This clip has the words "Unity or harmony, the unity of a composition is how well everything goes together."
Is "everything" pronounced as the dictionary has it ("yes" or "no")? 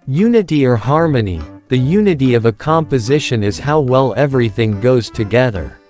yes